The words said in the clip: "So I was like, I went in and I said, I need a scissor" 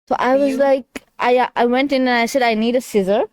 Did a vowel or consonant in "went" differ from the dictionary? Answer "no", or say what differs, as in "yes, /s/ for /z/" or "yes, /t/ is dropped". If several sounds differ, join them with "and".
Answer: no